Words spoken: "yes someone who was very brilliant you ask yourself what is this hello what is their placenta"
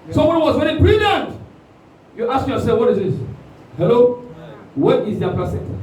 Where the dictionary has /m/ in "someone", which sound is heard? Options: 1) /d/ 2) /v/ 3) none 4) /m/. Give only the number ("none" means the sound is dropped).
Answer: 3